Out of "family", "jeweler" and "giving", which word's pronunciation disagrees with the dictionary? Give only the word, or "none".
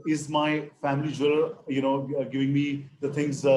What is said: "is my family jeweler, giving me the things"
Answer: jeweler